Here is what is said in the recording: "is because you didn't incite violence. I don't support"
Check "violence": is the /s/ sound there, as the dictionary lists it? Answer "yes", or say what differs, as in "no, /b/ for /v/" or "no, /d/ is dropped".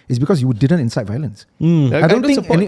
yes